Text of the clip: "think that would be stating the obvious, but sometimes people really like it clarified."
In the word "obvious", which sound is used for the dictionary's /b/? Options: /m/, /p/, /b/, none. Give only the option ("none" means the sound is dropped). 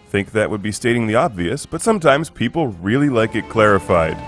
/b/